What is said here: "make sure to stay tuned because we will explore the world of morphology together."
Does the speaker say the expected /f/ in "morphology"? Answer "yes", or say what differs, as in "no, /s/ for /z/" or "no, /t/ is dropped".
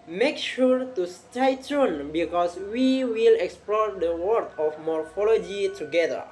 yes